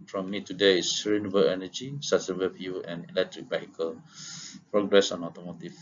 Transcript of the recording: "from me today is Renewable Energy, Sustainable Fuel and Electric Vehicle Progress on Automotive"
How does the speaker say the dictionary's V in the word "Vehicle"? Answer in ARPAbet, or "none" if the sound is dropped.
B